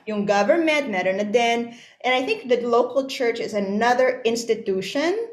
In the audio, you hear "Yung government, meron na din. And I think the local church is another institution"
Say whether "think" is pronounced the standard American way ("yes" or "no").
yes